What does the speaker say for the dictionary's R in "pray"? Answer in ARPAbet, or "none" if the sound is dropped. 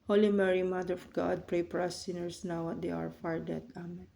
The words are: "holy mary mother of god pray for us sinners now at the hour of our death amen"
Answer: R